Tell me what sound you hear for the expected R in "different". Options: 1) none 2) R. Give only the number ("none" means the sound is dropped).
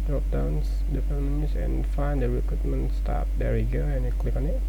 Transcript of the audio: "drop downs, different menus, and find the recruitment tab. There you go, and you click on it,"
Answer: 1